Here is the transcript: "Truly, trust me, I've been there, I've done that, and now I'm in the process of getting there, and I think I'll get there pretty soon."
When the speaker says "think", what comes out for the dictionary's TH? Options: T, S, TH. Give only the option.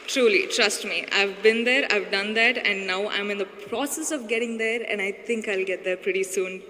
T